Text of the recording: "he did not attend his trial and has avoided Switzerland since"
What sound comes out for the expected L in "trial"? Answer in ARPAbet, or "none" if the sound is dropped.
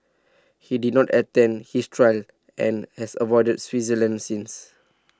L